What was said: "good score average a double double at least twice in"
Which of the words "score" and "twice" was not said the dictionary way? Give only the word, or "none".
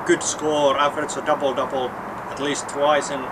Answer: none